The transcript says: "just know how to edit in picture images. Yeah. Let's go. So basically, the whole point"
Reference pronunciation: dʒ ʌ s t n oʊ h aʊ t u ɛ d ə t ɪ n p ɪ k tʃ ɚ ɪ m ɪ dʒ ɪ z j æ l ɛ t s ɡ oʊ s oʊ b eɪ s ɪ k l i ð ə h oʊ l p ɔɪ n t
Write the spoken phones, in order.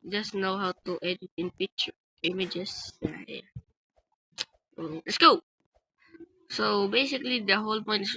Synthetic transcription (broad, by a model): dʒ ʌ s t n oʊ h aʊ t u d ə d ɪ n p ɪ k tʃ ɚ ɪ m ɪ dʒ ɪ s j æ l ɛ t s ɡ oʊ s oʊ b eɪ s ɪ k l i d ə h oʊ l p ɔɪ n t